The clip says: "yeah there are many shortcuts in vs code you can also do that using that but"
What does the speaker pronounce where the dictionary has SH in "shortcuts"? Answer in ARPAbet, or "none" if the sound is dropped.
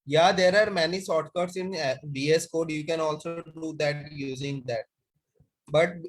S